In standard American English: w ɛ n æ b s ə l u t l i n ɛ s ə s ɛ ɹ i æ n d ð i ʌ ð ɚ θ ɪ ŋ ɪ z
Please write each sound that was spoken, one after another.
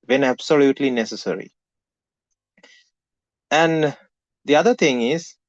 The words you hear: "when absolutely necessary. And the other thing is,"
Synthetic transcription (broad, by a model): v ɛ n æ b s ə l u t l i n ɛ s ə s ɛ ɹ i æ n d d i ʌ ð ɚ t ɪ ŋ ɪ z